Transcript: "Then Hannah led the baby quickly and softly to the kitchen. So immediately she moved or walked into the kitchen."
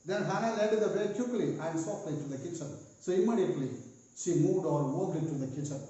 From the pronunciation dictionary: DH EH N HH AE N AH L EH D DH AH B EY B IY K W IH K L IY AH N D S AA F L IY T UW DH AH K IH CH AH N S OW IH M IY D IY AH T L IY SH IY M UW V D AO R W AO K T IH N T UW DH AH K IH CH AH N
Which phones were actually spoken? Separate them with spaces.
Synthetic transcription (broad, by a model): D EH N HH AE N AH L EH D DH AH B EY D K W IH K L IY AH N D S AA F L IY T UW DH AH K IH CH AH N S OW IH M IY D IY AH T L IY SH IY M UW V D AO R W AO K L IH T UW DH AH K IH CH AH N